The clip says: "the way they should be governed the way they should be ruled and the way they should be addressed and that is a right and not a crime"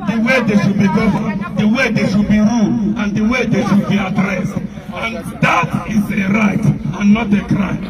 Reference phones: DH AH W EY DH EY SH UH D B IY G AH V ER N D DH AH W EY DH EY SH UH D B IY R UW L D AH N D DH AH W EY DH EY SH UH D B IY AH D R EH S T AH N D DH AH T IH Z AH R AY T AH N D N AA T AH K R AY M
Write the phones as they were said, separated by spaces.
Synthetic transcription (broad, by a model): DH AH W EY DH EY SH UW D B IY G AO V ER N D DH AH W EY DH EY SH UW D B IY R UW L AH N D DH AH W EY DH EY SH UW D B IY AH D R EH S T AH N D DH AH T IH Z AH R AY T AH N N AA T AH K R AY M